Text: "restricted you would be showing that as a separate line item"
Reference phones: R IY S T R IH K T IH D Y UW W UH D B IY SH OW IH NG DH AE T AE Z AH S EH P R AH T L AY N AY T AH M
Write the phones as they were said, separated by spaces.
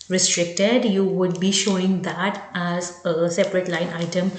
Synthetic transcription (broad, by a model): R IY S T R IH K T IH D Y UW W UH D B IY SH OW IH NG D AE T AE Z AH S EH P R AH T L AY N AY T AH M